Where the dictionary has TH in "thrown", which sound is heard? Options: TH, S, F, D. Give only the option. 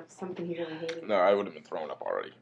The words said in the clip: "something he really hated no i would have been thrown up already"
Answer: TH